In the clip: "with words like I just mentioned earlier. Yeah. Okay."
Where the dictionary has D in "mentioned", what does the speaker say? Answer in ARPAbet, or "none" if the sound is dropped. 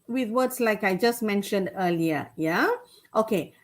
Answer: D